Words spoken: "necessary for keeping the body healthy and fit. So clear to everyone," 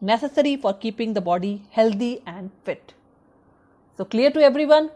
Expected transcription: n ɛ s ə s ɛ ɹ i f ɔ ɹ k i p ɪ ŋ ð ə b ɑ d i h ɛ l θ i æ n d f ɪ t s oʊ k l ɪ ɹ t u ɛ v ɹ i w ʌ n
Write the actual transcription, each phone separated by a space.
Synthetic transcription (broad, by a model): n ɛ s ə s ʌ ɹ i f ɔ ɹ k i p ɪ ŋ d ə b ɑ d i h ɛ l t i æ n d f ɪ t s oʊ k l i ɹ t u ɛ v ɹ i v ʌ n